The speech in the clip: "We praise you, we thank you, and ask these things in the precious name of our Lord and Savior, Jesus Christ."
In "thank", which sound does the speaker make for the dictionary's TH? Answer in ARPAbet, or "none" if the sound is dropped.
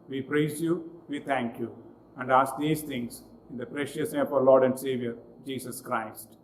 T